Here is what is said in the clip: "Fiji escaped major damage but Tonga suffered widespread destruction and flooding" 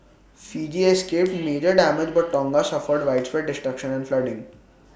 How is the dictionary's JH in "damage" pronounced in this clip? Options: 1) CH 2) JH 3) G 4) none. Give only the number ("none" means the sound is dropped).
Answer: 2